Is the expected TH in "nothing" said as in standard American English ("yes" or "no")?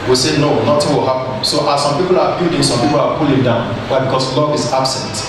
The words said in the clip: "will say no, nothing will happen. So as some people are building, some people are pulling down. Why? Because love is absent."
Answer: no